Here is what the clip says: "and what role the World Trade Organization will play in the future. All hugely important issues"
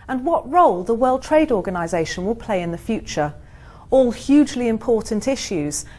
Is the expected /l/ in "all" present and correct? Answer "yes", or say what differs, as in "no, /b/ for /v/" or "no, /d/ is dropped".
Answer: yes